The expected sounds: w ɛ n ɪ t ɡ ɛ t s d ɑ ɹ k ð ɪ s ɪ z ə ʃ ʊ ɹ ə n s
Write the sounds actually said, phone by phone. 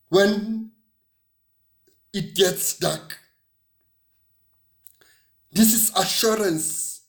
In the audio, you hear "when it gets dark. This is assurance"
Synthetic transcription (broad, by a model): w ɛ n ɪ t ɡ ɛ t s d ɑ k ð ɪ s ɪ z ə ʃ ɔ ɹ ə n s